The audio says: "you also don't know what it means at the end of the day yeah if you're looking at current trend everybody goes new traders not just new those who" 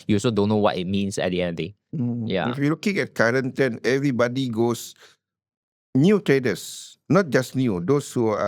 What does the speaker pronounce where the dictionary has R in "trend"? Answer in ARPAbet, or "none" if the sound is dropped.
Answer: none